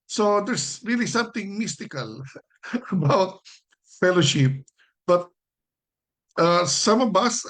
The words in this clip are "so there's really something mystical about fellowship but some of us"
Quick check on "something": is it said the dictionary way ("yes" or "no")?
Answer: no